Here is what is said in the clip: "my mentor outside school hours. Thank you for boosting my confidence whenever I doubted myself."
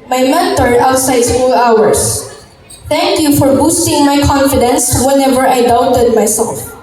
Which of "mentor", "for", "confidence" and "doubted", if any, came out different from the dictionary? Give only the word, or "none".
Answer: mentor